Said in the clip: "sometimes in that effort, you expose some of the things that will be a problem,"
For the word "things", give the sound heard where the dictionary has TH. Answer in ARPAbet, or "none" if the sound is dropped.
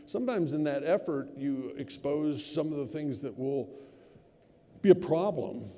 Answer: TH